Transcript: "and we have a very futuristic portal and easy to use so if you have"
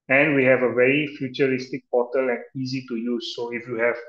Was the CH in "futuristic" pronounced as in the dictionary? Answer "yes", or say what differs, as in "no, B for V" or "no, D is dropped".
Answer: yes